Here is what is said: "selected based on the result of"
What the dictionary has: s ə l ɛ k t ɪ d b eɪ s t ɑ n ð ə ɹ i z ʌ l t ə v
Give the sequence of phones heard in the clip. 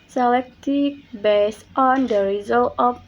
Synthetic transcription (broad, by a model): s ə l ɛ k t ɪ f b eɪ s t ɑ n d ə ɹ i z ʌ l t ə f